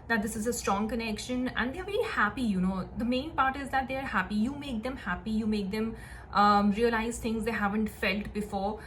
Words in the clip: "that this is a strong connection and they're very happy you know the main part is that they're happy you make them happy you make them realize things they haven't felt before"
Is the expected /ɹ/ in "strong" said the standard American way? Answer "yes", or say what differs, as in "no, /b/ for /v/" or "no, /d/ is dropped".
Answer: yes